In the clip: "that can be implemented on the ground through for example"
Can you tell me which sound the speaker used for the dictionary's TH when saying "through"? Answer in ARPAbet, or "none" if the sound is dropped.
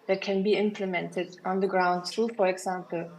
S